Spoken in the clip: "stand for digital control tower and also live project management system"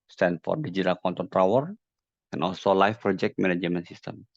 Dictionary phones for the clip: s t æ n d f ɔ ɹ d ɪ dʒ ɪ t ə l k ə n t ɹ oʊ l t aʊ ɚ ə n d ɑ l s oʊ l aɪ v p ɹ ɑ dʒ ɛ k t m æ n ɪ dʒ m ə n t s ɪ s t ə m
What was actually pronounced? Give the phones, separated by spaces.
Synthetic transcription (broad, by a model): s t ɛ n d f ɔ ɹ d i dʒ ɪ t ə l k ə n t oʊ n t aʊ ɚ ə n ɑ l s oʊ l aɪ f p ɹ ɑ dʒ ɛ k t m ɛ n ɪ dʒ m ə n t s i s t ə m